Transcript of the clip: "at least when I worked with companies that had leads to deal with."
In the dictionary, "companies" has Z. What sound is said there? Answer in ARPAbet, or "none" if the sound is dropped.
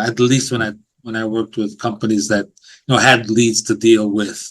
Z